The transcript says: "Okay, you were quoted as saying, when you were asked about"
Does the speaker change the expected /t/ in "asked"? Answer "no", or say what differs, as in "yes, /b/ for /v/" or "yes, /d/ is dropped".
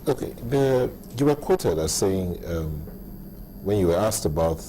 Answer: no